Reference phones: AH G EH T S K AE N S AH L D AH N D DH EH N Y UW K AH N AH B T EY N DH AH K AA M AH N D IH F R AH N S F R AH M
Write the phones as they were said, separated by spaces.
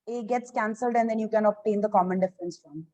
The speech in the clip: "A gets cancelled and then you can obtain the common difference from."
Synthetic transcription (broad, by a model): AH G EH T S K AE N S AH L D AH N D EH N Y UW K AH N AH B T EY N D AH K AA M AH N D IH F R AH N S F R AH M